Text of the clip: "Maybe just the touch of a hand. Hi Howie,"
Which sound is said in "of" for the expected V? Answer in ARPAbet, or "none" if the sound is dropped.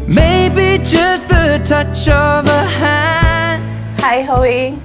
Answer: V